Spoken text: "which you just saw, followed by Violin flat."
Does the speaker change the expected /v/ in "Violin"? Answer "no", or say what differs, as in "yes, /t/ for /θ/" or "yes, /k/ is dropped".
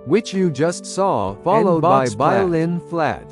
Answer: yes, /b/ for /v/